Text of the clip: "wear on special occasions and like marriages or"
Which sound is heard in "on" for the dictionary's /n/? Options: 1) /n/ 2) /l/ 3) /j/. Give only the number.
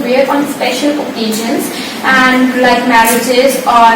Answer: 1